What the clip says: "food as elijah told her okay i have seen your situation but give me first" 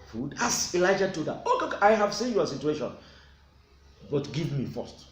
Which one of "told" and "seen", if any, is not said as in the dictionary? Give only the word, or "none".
told